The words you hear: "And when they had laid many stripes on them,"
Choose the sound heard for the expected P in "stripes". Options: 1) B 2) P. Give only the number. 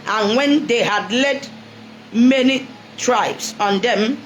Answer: 1